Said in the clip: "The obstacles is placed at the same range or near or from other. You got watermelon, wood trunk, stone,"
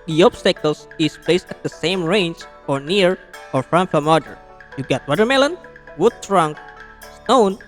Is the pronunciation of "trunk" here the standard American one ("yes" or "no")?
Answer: yes